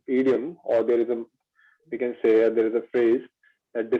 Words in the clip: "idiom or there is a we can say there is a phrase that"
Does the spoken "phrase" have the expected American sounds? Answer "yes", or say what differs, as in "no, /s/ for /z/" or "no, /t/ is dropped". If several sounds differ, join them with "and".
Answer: yes